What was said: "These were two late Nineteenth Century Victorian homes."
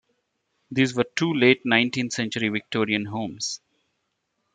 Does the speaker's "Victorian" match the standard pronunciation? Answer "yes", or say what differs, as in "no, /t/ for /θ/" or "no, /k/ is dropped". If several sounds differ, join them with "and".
yes